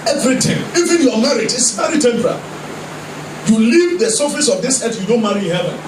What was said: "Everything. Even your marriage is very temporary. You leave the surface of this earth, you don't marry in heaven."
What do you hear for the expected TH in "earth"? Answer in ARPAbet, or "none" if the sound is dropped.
T